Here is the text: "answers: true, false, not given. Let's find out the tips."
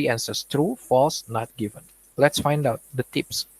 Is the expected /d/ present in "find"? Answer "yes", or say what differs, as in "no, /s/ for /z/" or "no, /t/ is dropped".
yes